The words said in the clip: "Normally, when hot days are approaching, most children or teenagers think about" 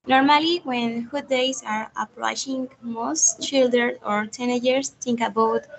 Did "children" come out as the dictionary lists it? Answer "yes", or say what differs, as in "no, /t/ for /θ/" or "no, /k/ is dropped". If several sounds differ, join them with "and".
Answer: no, /ɹ/ is dropped